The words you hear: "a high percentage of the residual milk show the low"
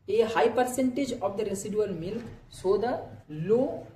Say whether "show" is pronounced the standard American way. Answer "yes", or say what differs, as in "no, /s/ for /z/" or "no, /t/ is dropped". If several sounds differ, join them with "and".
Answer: no, /s/ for /ʃ/